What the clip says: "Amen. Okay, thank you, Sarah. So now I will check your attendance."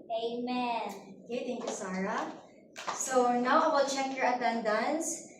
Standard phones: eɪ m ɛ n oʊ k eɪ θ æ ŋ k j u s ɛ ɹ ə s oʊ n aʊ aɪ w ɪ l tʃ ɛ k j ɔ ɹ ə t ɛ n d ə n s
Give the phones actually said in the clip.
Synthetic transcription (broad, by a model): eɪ m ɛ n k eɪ t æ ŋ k j u s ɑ ɹ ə s oʊ n aʊ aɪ w ɪ l tʃ ɛ k j ɔ ɹ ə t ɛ n d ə n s